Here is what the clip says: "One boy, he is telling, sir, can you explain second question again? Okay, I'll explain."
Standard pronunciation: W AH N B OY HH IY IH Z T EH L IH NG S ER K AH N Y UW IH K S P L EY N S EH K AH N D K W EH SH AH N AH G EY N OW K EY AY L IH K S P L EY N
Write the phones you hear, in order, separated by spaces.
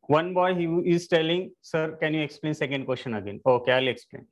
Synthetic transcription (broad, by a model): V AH N B OY HH IY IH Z T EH L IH NG S ER K AH N Y UW IH K S P L EY N S EH K AH N D K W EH S AH N AH G EY N OW K EY AY L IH K S P L EY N